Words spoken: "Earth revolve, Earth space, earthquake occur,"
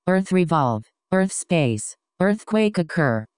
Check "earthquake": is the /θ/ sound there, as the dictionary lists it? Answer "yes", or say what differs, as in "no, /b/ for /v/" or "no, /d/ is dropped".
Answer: yes